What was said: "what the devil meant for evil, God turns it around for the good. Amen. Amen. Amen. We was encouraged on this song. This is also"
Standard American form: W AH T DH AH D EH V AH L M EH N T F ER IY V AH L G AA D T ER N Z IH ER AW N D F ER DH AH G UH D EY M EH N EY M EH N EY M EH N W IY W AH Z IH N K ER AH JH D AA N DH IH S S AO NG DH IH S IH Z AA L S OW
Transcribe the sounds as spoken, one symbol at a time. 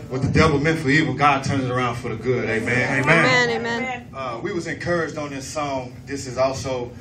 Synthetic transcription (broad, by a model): W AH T DH AH D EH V L M EH N T F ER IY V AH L G AA D T ER N Z ER AW N D F ER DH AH G UH D EY M EH N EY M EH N EY M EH N W IY W AH Z IH N K ER AH JH D N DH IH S S AO NG DH IH S IH Z AA L S OW